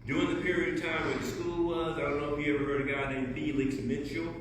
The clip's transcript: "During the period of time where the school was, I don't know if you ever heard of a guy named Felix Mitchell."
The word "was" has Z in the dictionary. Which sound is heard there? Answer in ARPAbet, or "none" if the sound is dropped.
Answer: Z